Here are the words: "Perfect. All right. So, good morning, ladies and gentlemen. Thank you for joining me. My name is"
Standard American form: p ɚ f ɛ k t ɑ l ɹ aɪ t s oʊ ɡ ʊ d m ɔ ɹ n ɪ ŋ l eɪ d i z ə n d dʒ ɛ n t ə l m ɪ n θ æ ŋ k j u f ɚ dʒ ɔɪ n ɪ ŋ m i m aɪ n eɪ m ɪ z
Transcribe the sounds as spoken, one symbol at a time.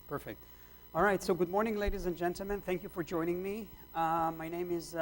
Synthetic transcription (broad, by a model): p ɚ f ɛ k t ɑ l ɹ aɪ t s oʊ ɡ ʊ d m ɔ ɹ n ɪ ŋ l eɪ d i z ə n dʒ ɛ n t l m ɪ n θ æ ŋ k j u f ɚ dʒ ɔɪ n ɪ ŋ m i m aɪ n eɪ m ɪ z